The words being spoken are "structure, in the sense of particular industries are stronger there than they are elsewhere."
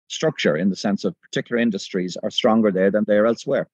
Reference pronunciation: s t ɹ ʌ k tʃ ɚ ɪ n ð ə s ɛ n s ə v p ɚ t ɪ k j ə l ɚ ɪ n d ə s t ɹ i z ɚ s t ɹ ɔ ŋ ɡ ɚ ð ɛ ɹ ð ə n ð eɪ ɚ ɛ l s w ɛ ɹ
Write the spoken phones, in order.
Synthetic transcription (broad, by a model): s t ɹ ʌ k tʃ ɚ ɪ n ð ə s ɛ n s ə v p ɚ t ɪ k j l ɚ ɪ n d ə s t ɹ i z ɚ s t ɹ ɔ ŋ ɡ ɚ ð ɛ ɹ ð ə n ð eɪ ɚ ɛ l s w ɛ ɹ